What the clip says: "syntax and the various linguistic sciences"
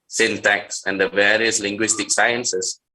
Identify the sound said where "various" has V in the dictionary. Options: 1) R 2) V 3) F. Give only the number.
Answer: 2